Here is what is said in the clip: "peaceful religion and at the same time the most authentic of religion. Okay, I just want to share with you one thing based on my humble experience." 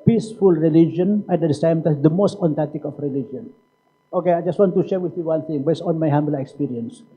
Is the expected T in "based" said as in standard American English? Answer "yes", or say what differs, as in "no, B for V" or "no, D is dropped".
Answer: no, T is dropped